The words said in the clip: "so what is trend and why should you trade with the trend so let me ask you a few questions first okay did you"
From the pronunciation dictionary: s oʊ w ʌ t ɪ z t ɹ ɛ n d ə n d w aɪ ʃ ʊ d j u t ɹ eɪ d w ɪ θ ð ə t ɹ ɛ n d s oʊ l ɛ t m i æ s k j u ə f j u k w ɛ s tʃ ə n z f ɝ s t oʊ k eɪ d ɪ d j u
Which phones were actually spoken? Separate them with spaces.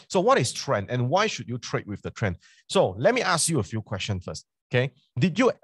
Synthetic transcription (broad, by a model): s oʊ w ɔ t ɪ s t ɹ ɛ n d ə n w aɪ ʃ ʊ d j u t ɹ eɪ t w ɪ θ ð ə t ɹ ɛ n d s oʊ l ɛ t m i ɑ s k j u ə f j u k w ɛ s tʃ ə n f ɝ s t oʊ k eɪ d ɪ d j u